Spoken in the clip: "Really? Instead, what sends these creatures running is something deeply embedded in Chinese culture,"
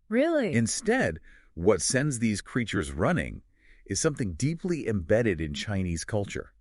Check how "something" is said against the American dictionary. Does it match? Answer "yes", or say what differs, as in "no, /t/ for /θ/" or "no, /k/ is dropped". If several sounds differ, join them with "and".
yes